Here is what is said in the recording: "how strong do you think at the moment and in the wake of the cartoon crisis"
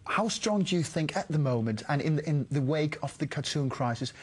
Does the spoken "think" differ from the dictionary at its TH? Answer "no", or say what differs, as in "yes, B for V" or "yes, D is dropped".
no